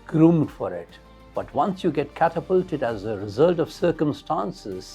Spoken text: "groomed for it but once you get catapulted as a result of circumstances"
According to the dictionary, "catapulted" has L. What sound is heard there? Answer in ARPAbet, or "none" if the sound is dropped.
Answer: L